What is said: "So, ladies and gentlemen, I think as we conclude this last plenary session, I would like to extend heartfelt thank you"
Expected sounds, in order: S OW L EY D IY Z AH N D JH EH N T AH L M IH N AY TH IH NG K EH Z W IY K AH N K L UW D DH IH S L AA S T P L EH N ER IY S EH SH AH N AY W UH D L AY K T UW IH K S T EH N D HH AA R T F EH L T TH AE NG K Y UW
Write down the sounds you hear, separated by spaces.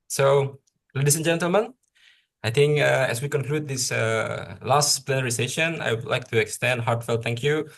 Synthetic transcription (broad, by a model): S OW L EY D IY S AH N JH EH N T AH L M IH N AY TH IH NG K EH S W IY K AH N K L UW D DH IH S L AA S T P L EH N ER IY S EH SH AH N AY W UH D L AY K T UW IH K S T EH N D HH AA R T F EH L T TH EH NG K Y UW